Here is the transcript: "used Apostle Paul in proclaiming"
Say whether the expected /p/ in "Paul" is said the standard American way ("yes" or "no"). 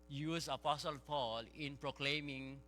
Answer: yes